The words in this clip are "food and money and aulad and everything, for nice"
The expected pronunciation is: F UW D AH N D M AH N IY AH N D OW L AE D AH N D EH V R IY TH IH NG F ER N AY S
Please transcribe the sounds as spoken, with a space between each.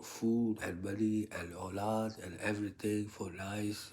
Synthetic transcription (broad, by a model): F UW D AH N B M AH L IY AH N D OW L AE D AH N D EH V R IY T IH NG F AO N AY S